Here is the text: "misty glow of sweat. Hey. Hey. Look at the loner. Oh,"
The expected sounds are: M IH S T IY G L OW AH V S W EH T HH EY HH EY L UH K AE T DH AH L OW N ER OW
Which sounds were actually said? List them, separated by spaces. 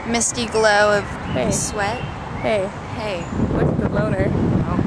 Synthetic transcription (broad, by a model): M IH S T IY G L OW AH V S W EH T HH EY HH EY W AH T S DH AH L OW N ER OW